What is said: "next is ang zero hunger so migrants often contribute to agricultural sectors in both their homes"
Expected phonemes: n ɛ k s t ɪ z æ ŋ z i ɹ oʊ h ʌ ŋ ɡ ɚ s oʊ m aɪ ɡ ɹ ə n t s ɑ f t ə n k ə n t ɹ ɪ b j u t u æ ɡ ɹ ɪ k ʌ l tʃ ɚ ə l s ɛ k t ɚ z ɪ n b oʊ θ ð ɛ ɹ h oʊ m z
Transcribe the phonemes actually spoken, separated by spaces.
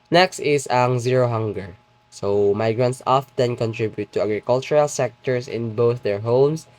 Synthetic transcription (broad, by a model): n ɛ k s t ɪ s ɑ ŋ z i ɹ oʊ h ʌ ŋ ɡ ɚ s oʊ m aɪ ɡ ɹ ə n t s ɑ f t ə n k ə n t ɹ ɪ b j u t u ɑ ɡ ɹ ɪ k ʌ l tʃ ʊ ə l s ɛ k t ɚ s ɪ n b oʊ θ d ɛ ɹ h oʊ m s